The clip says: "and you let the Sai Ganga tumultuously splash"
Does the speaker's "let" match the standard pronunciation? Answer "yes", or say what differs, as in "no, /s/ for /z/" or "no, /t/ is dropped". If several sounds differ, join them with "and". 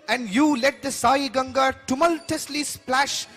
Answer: yes